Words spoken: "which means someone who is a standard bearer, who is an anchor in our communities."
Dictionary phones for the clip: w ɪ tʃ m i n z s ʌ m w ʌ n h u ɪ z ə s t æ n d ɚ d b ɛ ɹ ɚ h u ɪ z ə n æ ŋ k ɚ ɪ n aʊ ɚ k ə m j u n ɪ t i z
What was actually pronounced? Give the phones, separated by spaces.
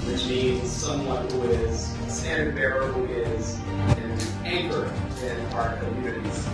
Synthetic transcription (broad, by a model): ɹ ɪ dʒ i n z s ʌ m w ʌ n h u ɪ z s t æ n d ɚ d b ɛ ɹ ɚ h u ɪ z ə n æ ŋ k ɚ ɪ n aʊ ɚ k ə m j u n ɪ t i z